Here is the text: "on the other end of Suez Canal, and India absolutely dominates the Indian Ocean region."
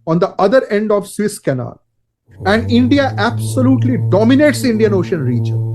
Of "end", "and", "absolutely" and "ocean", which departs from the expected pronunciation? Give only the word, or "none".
none